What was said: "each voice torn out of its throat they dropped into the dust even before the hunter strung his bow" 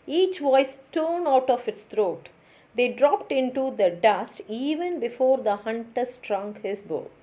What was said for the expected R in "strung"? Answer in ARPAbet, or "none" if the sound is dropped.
R